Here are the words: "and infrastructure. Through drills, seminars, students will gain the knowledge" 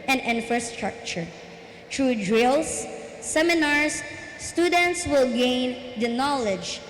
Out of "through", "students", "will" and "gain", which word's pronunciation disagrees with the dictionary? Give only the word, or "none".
through